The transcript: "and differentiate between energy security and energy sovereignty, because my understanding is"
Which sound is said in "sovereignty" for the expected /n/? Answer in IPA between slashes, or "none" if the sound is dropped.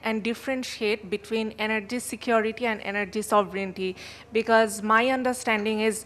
/n/